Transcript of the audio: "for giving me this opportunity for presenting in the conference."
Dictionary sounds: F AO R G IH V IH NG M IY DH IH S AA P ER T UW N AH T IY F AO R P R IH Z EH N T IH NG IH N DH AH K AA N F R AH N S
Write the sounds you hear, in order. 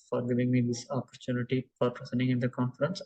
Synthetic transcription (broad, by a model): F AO R G IH V IH NG M IY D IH S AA P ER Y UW N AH T IY F AO R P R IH S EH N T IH NG IH N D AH K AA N F R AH N S